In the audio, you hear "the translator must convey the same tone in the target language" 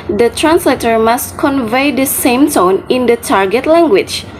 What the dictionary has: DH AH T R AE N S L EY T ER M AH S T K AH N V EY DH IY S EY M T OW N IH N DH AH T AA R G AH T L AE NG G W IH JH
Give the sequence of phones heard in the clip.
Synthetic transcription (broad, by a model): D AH T R AE N S L EY T ER M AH S T K AH N V EY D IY S EY M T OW N IH N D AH T AA R G AH T L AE NG G W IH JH